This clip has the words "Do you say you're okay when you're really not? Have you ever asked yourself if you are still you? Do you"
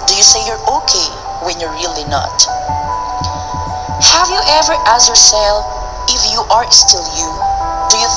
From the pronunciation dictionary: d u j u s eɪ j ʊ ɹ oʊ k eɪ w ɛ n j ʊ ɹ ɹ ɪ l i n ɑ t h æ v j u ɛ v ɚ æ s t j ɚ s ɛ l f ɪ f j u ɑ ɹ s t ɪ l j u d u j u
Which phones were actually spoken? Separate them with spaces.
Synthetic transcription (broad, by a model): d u j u s eɪ j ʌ ɹ oʊ k eɪ w ɛ n j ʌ ɹ ɹ ɪ l i n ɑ t h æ v j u ɛ v ɚ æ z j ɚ s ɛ l ɪ f j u ɑ ɹ s t ɪ l j u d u j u